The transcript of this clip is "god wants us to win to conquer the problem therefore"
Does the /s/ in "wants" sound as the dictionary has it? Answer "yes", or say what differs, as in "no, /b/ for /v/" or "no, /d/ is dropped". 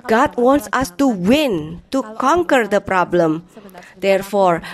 yes